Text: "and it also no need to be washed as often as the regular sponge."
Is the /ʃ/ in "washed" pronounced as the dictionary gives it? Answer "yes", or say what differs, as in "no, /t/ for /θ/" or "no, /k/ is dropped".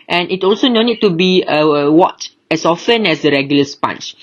no, /ʃ/ is dropped